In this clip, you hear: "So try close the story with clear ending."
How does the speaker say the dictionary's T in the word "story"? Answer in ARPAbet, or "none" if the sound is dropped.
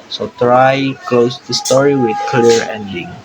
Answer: T